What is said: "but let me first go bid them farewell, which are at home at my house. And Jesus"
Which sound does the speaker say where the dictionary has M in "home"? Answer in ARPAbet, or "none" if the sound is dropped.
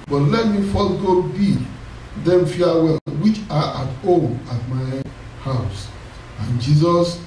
none